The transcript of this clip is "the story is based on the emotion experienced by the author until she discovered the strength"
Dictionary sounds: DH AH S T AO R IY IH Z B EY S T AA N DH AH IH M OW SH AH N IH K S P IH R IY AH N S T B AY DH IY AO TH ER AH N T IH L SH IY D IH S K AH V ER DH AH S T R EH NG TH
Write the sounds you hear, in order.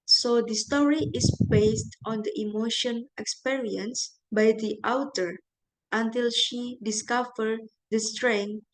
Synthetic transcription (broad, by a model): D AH S T AO R IY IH S B EY S T AA N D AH IH M OW SH AH N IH K S P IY R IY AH N S B AY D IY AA T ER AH N T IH L SH IY D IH S K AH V ER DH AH S T R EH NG